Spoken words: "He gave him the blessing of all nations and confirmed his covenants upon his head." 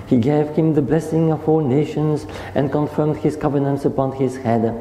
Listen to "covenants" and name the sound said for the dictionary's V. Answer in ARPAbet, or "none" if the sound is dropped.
V